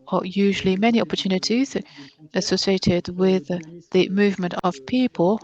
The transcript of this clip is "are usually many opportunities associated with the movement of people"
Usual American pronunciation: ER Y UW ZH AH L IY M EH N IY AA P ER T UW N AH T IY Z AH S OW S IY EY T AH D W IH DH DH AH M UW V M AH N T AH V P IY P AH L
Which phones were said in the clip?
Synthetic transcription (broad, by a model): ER Y UW ZH AH L IY M EH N IY AA P ER T UW N AH T IY Z AH S OW S IY EY T AH D W IH DH DH AH M UW V M AH N T AH V P IY P AH L